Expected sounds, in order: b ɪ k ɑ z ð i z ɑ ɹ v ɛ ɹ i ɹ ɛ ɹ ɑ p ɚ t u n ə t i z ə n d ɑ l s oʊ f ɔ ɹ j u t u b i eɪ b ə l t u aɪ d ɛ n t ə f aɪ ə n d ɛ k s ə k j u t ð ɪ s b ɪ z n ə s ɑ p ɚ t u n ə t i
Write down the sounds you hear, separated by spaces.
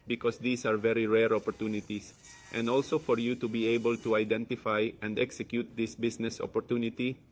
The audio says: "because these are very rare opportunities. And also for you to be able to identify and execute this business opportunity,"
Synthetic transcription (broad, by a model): b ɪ k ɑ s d i s ɑ ɹ v ɛ ɹ i ɹ ɛ ɹ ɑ p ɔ t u n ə t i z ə n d ɑ l s oʊ f ɔ ɹ j u t u b i eɪ b ə l t u aɪ d ɛ n t ə f aɪ ə n d ɛ k s ə k j u t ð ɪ s b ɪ s n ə s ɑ p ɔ t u n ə t i